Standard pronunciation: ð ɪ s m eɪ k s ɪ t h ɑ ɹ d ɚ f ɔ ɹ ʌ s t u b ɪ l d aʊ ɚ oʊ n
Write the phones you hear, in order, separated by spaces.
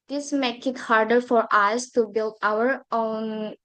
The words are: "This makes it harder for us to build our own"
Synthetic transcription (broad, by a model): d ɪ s m eɪ k ɪ t h ɑ ɹ d ɚ f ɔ ɹ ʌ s t u b ɪ l d aʊ ɚ oʊ n